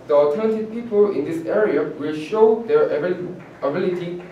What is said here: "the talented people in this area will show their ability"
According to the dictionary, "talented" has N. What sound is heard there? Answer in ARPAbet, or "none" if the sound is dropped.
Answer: none